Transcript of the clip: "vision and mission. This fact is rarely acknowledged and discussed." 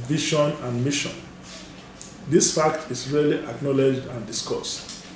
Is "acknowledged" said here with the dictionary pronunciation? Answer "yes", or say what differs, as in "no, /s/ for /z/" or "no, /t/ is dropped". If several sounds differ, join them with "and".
yes